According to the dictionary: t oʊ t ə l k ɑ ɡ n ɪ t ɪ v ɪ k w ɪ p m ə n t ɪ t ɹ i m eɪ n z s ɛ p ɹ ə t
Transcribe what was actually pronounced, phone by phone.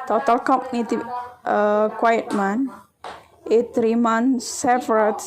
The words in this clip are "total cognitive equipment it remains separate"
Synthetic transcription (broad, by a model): t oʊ t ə l k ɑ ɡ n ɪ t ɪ ɪ k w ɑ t m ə n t ɪ t ɹ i m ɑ n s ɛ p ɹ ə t